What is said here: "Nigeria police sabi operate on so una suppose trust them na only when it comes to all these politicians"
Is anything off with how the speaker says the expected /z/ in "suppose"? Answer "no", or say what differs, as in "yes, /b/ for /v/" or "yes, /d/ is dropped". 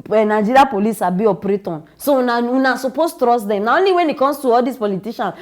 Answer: yes, /s/ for /z/